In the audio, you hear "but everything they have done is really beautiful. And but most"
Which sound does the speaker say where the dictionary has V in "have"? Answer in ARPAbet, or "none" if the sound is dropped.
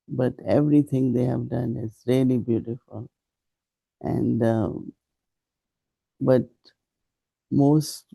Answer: V